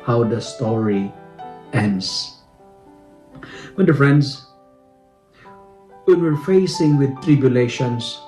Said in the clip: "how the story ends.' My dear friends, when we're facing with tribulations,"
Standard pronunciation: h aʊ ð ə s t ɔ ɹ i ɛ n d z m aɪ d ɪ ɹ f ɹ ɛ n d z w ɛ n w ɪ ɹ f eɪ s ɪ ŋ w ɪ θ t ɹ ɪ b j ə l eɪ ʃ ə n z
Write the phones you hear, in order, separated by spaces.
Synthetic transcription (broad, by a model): h aʊ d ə s t ɔ ɹ i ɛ n d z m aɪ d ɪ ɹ f ɹ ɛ n d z w ɛ n w ɪ ɹ f eɪ s ɪ ŋ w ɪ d t ɹ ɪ b j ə l eɪ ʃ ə n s